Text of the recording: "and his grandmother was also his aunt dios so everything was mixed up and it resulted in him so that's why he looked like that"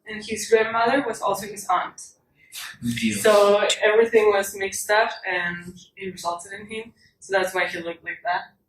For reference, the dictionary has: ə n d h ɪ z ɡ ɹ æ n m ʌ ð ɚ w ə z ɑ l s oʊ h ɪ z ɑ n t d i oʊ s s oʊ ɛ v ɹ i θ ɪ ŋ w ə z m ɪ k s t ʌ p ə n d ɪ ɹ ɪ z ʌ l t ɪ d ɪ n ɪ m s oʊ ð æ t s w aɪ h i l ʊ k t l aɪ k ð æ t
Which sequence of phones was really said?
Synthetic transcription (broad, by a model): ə n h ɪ z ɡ ɹ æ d m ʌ ð ɚ w ə z ɑ l s oʊ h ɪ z ɑ n t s s oʊ ɛ v ɹ i θ ɪ ŋ w ə z m ɪ k s t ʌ f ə n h ɪ ɹ ɪ z ʌ l t ɪ d ɪ n ɪ m s oʊ ð æ t s w aɪ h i l ʊ k t l aɪ k ð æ t